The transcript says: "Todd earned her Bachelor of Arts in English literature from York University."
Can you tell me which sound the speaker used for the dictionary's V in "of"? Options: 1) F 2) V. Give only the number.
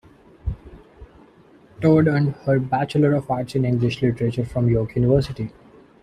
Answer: 1